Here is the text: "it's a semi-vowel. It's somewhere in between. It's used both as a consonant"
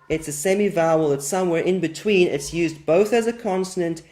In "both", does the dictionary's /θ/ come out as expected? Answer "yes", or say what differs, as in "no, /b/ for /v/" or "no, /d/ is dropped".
yes